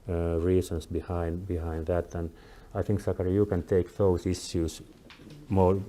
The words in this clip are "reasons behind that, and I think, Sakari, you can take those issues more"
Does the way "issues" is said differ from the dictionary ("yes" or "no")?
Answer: yes